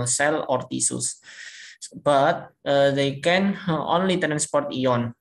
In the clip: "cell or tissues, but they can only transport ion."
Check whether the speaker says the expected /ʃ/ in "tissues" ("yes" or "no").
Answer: no